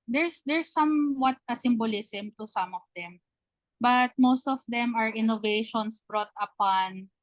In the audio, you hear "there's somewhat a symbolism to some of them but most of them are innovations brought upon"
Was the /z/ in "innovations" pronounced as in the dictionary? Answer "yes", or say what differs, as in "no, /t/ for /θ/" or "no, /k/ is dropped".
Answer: no, /s/ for /z/